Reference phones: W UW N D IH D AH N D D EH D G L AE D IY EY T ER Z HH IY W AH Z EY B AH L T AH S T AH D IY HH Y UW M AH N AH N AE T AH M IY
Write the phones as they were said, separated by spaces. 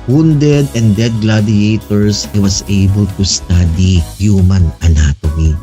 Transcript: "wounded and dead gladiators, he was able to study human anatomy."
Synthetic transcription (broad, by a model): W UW N D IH D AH N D D EH D G L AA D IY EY T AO S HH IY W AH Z EY B AH L T AH S T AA D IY HH Y UW M AH N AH N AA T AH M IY